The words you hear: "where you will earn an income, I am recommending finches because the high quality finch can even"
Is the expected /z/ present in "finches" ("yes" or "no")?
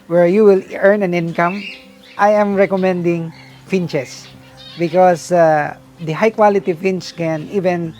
no